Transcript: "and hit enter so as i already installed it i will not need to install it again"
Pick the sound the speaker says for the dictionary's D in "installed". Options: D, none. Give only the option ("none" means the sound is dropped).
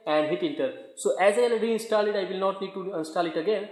none